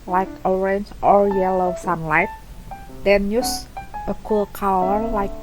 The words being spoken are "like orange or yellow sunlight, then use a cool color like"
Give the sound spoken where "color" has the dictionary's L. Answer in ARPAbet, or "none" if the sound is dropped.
W